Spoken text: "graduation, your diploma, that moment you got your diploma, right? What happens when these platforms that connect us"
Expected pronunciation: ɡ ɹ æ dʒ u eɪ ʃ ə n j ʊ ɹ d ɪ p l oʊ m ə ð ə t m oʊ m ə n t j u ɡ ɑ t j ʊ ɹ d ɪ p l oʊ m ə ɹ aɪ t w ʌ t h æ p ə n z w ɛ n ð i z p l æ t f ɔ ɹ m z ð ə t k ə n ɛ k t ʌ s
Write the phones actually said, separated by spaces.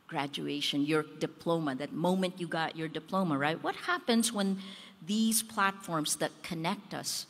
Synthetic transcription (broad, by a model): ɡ ɹ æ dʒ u eɪ ʃ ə n j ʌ ɹ d ɪ p l oʊ m ə ð ə t m oʊ m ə n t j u ɡ ɑ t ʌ ɹ d ɪ p l oʊ m ə ɹ aɪ t w ʌ t h æ p ə n z w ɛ n ð i z p l æ t f ɔ ɹ m z ð ə t k ə n ɛ k t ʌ s